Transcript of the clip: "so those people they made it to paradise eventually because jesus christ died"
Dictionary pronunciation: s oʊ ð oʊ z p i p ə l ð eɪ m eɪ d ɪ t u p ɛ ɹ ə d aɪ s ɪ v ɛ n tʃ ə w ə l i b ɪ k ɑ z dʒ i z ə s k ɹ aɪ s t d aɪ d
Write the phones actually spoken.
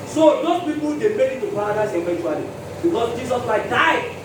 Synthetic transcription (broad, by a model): s oʊ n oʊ p i p ə l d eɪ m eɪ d ɪ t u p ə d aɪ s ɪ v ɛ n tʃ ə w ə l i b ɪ k ɑ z dʒ i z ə s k aɪ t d aɪ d